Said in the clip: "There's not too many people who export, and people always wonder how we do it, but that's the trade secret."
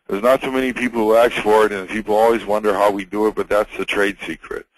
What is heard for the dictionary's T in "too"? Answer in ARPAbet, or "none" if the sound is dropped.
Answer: S